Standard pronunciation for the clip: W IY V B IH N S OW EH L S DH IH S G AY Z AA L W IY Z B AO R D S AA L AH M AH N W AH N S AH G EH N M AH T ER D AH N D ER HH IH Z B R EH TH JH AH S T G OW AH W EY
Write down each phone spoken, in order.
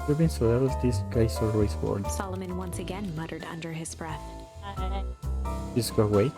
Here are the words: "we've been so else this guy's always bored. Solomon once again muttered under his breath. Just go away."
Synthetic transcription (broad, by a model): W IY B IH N S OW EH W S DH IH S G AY S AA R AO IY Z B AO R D S AA L AH M AH N W AH N S AH G EH N M AH T ER D AH N D ER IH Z B R EH TH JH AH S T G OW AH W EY